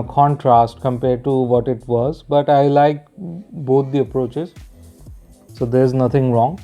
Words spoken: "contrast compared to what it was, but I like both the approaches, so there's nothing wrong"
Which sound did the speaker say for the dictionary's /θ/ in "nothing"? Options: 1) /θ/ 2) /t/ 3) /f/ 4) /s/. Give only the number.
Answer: 2